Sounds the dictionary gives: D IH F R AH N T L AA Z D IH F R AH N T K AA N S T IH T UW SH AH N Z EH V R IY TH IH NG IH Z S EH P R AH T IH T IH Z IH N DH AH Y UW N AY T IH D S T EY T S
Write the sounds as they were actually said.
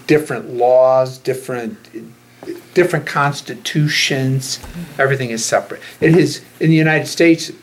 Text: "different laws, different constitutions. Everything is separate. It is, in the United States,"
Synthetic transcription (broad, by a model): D IH F R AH N T L AA Z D IH F R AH N T K AA N S T IH T UW SH AH N Z EH V R IY TH IH NG IH Z S EH P R AH T IH T IH Z IH N DH AH Y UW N AY T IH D S T EY T S